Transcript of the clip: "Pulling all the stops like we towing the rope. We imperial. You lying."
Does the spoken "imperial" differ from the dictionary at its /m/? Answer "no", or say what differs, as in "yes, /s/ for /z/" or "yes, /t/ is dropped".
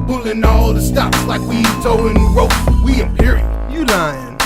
yes, /m/ is dropped